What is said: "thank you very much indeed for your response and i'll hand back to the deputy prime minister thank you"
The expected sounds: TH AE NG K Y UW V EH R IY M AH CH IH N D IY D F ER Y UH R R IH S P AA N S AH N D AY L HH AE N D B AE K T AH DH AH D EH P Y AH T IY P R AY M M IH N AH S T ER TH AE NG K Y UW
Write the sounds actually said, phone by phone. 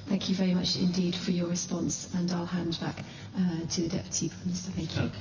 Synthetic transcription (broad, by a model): TH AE NG K Y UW V EH R IY M AH CH IH N D IY D F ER Y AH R R IH S P AA N S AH N AY L HH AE N D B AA K T AH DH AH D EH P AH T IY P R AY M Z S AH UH TH AE NG K Y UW